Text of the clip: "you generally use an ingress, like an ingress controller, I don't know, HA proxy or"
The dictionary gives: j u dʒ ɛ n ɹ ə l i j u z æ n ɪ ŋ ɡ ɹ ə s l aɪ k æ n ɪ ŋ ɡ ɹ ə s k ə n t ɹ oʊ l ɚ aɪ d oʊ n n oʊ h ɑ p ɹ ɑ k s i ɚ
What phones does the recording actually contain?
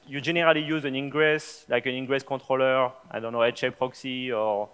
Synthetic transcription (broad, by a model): j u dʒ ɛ n ɹ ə l i j u z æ n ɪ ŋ ɡ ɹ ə s l aɪ k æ n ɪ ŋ ɡ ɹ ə s k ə t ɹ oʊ l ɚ aɪ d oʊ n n oʊ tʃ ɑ p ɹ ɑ k s i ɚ